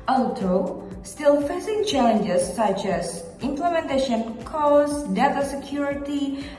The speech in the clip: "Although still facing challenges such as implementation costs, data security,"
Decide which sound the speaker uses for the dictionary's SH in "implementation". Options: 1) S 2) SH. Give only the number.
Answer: 2